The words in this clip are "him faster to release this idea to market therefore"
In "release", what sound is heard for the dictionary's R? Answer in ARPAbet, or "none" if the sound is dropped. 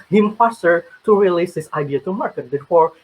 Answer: R